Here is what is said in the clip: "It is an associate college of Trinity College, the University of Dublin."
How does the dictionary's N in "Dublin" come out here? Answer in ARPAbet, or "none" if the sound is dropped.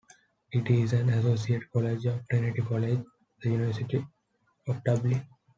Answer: none